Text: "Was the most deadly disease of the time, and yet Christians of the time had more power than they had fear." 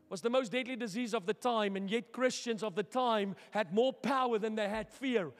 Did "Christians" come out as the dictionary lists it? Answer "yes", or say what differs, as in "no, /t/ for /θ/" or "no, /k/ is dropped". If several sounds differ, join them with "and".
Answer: yes